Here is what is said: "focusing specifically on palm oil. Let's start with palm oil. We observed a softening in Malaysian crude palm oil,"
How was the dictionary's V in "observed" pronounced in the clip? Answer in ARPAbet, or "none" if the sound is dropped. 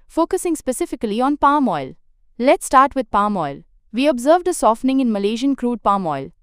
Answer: V